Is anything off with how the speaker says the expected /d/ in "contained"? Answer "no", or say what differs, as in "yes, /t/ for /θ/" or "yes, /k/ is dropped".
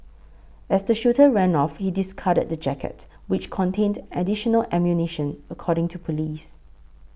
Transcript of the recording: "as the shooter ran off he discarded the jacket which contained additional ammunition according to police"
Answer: no